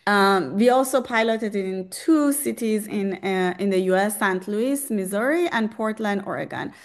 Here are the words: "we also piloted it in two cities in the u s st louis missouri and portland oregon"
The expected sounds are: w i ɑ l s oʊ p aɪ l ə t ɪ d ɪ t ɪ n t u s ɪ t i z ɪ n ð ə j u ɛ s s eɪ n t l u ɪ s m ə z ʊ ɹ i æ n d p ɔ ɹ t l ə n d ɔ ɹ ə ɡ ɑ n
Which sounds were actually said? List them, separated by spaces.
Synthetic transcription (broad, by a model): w i ɑ l s oʊ p aɪ l ə t ɪ d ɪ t ɪ n t u s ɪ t i z ɪ n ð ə j u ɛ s s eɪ n t l u ɪ s m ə z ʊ ɹ i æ n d p ɔ ɹ t l ə n d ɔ ɹ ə ɡ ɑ n